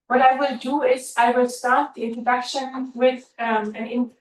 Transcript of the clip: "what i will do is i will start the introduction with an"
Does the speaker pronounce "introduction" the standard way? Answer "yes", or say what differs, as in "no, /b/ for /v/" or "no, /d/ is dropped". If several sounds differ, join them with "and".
no, /ɹ/ is dropped